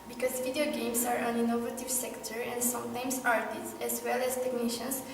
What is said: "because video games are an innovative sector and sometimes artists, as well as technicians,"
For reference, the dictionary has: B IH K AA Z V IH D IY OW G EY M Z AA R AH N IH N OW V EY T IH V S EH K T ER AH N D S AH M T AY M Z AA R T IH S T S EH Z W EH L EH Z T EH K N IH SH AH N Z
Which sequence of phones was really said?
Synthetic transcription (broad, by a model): B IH K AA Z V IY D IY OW G EY M S AA R AH N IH N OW V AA T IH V S EH K T ER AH N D S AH M T AY M S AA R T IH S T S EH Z W EH L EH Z T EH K N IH SH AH N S